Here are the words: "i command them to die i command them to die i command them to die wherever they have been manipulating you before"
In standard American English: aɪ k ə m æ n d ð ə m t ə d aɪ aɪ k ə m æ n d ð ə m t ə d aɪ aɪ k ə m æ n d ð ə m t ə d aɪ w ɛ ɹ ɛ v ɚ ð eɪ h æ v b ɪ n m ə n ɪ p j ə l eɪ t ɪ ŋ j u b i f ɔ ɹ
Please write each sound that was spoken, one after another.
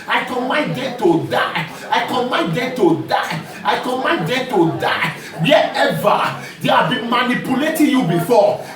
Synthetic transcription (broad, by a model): aɪ k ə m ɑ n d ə t ə d aɪ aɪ k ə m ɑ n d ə t ə aɪ aɪ k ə m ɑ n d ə t ə d aɪ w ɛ ɛ v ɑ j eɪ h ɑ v b ɪ n m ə n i p j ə l eɪ t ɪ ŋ j u b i f ɔ